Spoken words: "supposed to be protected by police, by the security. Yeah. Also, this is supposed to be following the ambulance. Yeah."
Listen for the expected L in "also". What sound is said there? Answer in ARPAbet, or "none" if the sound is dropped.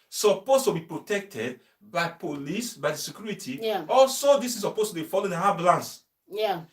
L